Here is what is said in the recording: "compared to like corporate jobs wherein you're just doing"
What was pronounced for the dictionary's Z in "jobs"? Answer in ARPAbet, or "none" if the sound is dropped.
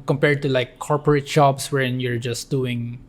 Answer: S